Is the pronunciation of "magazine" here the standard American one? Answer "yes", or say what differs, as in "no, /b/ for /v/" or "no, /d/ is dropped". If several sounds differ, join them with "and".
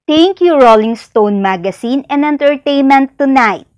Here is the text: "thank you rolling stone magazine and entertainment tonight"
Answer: no, /s/ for /z/